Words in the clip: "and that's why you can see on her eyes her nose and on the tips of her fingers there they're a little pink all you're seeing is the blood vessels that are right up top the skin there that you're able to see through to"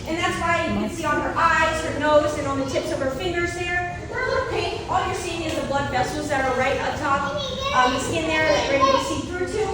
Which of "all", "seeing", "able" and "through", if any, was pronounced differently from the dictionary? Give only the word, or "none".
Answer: able